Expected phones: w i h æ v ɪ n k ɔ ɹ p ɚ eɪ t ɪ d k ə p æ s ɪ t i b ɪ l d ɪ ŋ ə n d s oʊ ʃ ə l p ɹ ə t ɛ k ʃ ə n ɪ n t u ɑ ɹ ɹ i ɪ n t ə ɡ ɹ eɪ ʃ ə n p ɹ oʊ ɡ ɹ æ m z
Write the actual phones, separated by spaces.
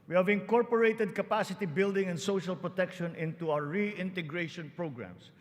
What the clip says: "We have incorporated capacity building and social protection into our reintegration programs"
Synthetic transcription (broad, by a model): w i h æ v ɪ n k ɔ ɹ p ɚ eɪ t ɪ d k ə p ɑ s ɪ t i b ɪ l d ɪ ŋ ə n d s oʊ ʃ ə l p ɹ ə t ɛ k ʃ ə n ɪ n t u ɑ w ɹ i ɪ n t ə ɡ ɹ eɪ ʃ ə n p ɹ oʊ ɡ ɹ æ m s